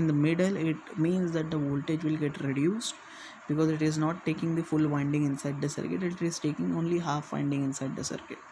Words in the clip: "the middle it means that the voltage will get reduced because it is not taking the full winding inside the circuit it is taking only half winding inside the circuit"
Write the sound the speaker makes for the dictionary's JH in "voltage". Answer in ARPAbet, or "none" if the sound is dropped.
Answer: JH